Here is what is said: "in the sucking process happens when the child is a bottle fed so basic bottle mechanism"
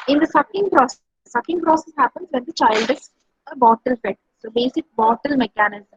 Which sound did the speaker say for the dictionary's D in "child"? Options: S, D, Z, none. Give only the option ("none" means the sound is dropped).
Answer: D